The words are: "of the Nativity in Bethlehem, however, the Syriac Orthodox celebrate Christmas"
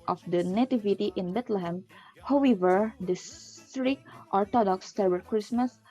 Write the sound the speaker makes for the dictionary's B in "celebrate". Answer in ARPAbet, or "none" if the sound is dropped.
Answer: none